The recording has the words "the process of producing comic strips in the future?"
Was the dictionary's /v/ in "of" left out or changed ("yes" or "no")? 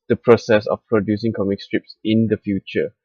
yes